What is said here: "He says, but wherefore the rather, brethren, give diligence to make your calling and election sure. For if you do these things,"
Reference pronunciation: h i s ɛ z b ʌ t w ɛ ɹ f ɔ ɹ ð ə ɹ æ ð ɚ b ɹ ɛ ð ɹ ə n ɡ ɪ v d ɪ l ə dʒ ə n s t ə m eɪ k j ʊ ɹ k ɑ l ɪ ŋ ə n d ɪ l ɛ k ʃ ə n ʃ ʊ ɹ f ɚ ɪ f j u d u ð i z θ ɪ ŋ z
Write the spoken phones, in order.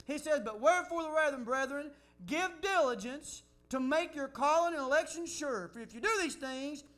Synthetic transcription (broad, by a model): h i s ɛ z b ʌ t w ɛ ɹ f ɔ ɹ ð ə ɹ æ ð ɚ b ɹ ɛ ð ɹ ə n ɡ ɪ v d ɪ l ə dʒ ə n s t ə m eɪ k j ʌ ɹ k ɑ l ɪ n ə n ɪ l ɛ k ʃ ə n ʃ ʊ ɹ f ɚ ɪ f j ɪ d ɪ ð i z θ ɪ ŋ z